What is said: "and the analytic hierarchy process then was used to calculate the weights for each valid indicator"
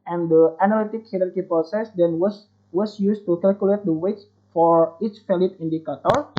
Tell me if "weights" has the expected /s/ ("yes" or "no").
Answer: no